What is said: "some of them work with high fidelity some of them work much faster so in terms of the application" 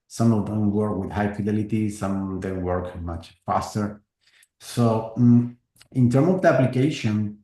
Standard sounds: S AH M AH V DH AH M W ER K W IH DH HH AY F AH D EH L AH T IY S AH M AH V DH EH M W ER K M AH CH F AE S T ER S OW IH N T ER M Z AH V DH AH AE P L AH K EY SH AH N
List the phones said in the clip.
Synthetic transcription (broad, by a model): S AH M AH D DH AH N W ER K W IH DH HH AY F AH D EH L AH T IY S AH M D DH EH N W ER K M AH CH F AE S T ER S OW IH N T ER M AH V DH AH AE P L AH K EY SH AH N